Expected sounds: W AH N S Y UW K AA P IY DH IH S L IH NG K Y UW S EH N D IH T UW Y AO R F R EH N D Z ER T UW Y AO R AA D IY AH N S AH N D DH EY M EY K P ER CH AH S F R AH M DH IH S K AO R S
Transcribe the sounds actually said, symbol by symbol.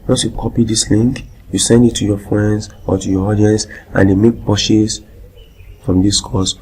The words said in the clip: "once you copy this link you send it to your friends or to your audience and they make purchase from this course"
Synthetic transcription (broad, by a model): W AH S Y UW K AA P IY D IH S L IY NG K Y UW S EH N D IH T UW Y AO F R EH N D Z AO T UW Y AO AA D IY AH N S AH N D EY M EY K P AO SH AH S F R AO M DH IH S K AO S